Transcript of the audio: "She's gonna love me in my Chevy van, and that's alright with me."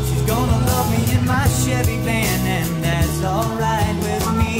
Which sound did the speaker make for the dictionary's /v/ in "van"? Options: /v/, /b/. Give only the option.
/b/